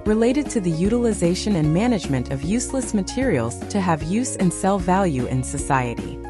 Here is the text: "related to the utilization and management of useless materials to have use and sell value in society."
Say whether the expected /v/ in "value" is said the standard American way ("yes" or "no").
yes